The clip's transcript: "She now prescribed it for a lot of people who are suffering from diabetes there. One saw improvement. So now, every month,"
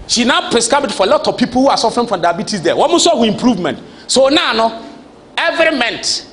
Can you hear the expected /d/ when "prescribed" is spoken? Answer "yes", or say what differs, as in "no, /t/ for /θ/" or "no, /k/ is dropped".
no, /d/ is dropped